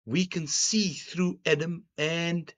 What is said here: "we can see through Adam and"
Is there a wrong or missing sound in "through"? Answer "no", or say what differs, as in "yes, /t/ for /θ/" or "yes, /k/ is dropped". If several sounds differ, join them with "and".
no